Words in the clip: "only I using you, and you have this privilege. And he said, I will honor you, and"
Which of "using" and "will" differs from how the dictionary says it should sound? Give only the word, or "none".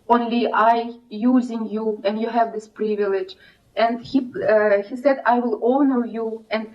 none